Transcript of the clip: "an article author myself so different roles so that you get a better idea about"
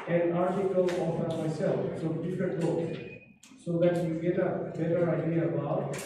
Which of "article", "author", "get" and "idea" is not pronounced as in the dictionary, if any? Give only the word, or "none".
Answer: author